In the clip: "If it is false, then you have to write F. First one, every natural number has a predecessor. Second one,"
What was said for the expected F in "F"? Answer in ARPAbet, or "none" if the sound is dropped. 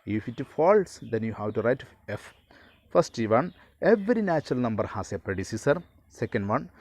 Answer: F